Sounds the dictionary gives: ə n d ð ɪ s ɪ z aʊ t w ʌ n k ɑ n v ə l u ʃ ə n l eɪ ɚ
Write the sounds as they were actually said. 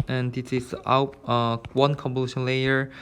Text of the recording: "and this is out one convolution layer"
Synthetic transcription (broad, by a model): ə n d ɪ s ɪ s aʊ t w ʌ n k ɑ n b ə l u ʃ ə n l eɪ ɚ